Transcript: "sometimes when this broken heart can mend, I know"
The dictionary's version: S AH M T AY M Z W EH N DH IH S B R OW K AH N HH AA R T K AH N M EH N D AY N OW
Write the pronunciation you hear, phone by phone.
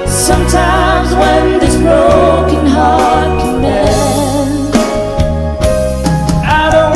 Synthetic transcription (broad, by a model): S AH M T AY M Z W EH N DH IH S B R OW K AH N HH AA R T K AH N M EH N AY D OW